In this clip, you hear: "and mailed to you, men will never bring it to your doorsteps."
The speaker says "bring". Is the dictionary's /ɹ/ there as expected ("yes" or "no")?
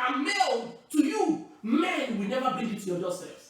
no